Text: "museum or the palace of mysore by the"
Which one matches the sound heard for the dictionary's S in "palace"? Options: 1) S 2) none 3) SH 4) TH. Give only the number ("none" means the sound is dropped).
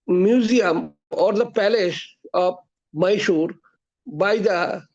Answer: 3